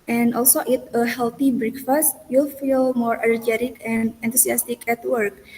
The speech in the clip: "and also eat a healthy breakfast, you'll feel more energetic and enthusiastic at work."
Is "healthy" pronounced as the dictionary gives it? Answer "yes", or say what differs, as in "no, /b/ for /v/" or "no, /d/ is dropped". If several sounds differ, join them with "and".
no, /t/ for /θ/